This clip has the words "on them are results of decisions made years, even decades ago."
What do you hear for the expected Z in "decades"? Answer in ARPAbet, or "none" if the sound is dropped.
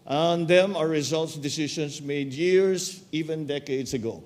S